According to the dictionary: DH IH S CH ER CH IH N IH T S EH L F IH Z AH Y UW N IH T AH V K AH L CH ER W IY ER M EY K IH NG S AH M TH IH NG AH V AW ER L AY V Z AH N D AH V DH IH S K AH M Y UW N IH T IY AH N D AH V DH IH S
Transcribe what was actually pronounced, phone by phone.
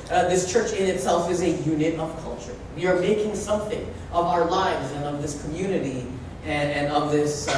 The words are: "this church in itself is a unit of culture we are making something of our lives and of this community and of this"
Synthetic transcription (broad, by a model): DH IH S CH ER CH IH N IH T S EH L F IH Z AH Y UW N IH T AH V K AH L CH ER W IY ER M EY K IH NG S AH M TH IH NG AH V AW ER L AY V Z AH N AH V DH IH S K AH M Y UW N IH T IY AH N AH V DH IH S